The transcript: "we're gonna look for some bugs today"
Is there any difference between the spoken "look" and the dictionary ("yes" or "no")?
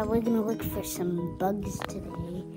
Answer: yes